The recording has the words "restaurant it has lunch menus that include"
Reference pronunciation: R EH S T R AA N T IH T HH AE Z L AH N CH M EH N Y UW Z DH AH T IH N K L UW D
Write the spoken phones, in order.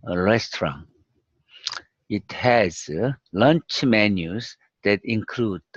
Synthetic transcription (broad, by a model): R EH S T R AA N IH T HH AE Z L AH N CH M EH N Y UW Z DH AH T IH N K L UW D